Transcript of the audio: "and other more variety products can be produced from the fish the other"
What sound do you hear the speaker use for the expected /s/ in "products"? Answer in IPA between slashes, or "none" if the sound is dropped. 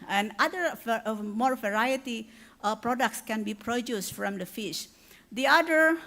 /s/